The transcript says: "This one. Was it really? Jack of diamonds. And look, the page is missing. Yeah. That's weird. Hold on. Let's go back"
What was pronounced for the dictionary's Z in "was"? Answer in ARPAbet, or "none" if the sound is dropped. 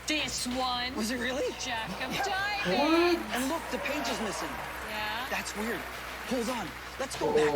Z